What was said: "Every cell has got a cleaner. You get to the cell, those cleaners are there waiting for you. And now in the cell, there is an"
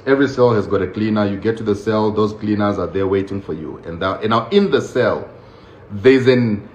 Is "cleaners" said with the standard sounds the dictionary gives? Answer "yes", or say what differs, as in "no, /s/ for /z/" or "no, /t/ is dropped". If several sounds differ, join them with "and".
yes